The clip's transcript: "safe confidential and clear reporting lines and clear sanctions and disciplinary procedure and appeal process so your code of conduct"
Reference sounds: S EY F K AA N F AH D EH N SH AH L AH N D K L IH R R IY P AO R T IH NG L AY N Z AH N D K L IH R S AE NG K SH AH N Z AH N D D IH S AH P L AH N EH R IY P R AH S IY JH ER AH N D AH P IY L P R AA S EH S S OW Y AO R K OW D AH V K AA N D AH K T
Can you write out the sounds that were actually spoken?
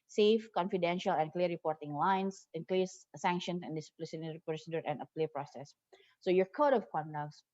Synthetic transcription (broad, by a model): S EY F K AA N F AH D EH N SH AH L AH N K L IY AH R IY P AO R T IH NG L AY N S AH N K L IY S S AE NG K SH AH N S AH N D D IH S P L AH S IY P AH S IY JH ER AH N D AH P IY P R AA S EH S S OW Y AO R K OW D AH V K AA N D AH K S